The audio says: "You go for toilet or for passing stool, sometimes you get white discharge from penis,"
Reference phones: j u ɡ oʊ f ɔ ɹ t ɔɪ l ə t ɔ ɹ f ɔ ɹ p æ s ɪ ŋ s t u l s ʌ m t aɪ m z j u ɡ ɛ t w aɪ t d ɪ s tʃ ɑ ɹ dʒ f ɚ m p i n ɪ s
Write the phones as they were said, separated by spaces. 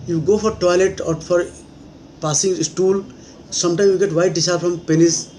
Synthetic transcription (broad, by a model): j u ɡ oʊ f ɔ ɹ t ɔɪ l ə t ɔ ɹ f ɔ ɹ p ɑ s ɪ ŋ s t u l s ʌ m t aɪ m j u ɡ ɛ t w aɪ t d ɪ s ɑ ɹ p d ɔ m p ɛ n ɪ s